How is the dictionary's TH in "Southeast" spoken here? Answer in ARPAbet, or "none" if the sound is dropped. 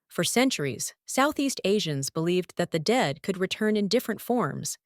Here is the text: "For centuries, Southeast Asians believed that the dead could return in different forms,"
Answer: TH